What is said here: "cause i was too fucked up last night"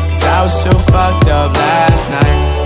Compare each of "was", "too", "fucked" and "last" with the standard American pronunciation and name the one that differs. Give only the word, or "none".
too